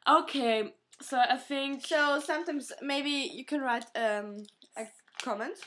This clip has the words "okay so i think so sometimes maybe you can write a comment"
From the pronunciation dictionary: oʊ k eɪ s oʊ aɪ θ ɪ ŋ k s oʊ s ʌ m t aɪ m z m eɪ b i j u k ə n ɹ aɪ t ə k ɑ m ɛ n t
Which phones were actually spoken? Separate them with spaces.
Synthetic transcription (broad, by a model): oʊ k eɪ s oʊ aɪ θ ɪ ŋ k s oʊ s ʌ m t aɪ m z m eɪ b i j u k ə n ɹ aɪ t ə k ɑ m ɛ n t